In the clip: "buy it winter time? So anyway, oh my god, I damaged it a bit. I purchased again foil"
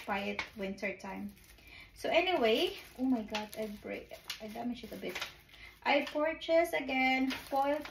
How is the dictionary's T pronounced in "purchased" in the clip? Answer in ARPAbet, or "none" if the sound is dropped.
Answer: none